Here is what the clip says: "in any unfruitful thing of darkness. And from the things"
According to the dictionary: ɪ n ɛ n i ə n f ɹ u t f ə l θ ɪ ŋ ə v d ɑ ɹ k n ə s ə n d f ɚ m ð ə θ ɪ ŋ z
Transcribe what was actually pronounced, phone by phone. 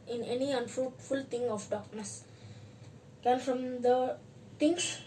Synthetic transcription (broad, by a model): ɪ n ɛ n i ə n f ɹ u t f ə l t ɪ ŋ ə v d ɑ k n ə s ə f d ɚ m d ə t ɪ ŋ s